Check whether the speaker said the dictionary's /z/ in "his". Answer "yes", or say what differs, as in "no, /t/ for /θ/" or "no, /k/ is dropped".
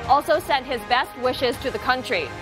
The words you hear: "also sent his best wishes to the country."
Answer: yes